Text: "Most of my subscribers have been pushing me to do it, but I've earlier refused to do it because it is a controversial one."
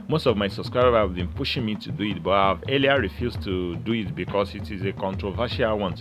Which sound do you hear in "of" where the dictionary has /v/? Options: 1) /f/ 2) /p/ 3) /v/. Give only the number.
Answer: 3